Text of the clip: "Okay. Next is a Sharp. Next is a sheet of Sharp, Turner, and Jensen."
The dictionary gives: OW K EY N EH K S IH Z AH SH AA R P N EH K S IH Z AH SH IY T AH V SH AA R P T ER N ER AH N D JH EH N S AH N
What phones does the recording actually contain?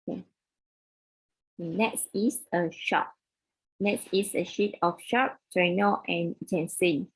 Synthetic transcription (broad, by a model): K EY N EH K S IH S AH SH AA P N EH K S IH S AH SH IY T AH F SH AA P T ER N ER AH N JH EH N S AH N